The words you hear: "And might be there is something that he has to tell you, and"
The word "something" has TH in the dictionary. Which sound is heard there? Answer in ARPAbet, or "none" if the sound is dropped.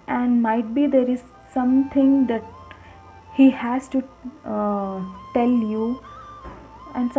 T